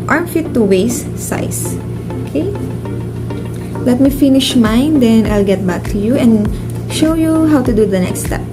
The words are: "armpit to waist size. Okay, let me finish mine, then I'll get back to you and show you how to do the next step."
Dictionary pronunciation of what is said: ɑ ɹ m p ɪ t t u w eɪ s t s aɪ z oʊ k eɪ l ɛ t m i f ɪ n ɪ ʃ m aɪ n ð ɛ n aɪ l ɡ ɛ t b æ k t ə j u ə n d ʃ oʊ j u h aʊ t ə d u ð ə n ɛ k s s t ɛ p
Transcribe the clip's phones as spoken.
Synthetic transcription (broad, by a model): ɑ ɹ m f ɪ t t u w eɪ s s aɪ s oʊ k eɪ l ɛ t m i f ɪ n ɪ ʃ m aɪ n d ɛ n aɪ l ɡ ɛ t b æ k t ə j u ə n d ʃ oʊ j u h aʊ t ə d u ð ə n ɛ k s s t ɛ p